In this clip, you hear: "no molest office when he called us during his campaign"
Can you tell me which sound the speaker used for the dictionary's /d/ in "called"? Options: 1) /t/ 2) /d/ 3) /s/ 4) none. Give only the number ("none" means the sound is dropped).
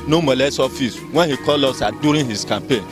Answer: 4